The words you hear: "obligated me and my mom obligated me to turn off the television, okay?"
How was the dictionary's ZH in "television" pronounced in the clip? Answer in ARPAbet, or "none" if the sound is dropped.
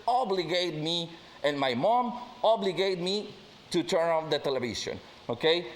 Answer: S